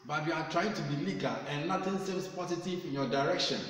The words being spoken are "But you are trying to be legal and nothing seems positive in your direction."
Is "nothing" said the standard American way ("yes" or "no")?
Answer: no